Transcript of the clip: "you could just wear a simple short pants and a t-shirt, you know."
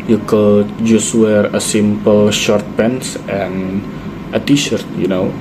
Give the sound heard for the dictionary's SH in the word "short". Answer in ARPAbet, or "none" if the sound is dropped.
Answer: SH